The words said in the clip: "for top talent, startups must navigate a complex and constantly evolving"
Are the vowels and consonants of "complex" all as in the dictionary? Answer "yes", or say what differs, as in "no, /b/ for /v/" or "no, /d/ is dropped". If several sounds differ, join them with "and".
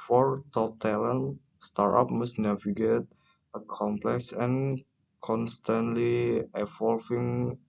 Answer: yes